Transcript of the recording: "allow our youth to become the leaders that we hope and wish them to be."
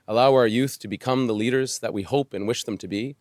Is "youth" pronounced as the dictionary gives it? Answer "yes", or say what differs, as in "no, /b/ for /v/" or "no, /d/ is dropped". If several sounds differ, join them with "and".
yes